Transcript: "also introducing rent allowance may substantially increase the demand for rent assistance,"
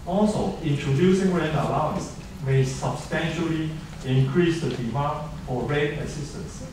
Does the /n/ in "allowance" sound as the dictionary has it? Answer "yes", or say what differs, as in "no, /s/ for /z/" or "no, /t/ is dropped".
yes